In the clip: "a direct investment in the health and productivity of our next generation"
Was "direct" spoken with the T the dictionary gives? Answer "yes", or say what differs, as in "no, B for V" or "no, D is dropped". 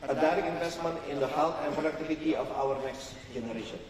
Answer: no, T is dropped